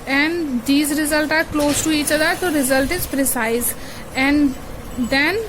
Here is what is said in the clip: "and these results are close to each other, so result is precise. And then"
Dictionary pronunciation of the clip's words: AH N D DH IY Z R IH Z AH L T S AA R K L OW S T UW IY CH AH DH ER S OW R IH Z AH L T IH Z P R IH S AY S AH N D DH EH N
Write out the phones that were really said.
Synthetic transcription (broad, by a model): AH N D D IY Z R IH Z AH L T AA R K L OW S T UW IY CH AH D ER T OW R IH Z AH L T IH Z P R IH S AY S AH N D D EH N